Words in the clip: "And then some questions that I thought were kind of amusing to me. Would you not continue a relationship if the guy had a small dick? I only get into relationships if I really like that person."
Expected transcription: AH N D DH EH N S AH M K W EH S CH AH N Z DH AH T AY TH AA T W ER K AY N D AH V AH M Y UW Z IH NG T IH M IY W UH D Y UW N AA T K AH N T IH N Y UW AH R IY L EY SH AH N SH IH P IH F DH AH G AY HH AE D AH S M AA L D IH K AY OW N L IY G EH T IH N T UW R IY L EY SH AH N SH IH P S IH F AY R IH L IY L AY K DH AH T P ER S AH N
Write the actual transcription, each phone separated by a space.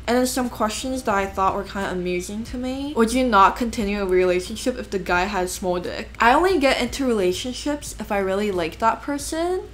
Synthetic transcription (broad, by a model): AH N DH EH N S AH M K W EH S CH AH N Z DH AH T AY TH AA T W ER K AY N D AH AH M Y UW Z IH NG T IH M IY W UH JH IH N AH T K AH N T IH N Y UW AH R IY L EY SH AH N SH IH P IH F DH AH G AY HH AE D S M AA L D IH K AY OW N L IY G EH T IH N T UW R IY L EY SH AH N SH IH P S IH F AY R IH L IY L AY K DH AH T P ER S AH N